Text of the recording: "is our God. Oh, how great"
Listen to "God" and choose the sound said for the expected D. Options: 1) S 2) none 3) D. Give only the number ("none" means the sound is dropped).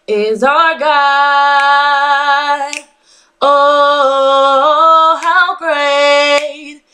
2